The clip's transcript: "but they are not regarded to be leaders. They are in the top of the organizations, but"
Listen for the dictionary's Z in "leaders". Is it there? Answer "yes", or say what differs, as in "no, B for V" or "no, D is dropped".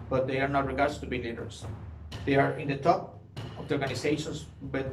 no, S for Z